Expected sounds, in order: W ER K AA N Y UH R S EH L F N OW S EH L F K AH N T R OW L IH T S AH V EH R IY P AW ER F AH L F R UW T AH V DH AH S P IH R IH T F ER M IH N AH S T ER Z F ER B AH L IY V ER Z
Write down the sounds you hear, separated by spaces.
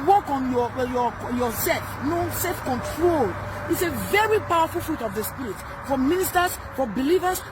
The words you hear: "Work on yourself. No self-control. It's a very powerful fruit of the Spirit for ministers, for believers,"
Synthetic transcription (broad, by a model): W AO K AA N Y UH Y S EH L F N OW S EH L F K AH N T R OW L IH T S AH V EH R IY P AW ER F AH L F R UW T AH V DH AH S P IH R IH T F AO M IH N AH S T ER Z F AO B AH L IY V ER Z